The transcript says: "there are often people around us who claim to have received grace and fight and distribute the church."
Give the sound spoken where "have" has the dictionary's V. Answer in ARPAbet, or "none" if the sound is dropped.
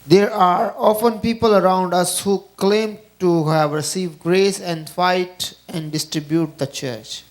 V